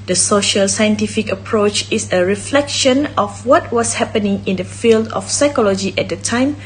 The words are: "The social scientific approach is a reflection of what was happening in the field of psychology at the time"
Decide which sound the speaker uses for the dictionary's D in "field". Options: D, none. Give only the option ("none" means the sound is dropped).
D